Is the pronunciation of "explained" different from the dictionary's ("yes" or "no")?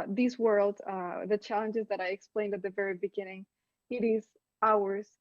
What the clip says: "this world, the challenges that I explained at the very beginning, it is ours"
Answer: no